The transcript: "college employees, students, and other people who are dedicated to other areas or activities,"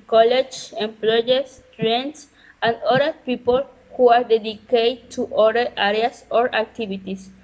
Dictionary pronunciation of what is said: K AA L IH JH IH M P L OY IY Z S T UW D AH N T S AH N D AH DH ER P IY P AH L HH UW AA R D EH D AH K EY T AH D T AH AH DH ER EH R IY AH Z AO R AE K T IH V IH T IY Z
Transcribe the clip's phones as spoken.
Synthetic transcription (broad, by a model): K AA L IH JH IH M P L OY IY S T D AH N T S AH N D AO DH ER P IY P AH L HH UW AA R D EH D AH K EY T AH T AH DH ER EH R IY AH S AO R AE K T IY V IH T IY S